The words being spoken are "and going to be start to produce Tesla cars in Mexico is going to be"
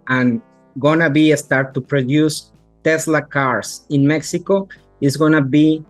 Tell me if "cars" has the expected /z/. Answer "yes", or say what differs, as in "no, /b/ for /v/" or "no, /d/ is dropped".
no, /s/ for /z/